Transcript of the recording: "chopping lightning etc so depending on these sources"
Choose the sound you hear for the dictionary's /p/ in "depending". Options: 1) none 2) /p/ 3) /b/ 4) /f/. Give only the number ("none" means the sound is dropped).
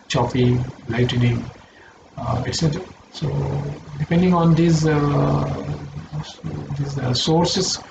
2